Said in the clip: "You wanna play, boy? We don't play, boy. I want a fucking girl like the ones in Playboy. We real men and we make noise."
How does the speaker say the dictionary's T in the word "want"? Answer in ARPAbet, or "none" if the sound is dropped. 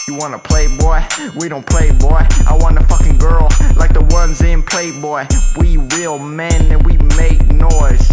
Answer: none